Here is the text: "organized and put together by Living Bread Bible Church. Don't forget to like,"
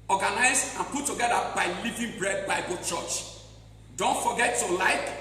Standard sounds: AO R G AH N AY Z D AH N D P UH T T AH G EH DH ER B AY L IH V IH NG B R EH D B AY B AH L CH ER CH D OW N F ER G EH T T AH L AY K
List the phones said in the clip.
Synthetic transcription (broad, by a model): AO G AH N AY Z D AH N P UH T T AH G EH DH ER B AY L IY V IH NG B R EH D B AY B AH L CH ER CH D OW N F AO G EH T T AH L AY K